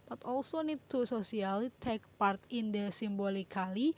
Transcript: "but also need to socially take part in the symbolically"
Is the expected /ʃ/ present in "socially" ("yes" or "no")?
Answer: no